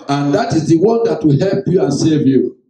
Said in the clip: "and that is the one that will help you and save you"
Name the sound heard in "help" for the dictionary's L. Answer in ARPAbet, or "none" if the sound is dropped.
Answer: L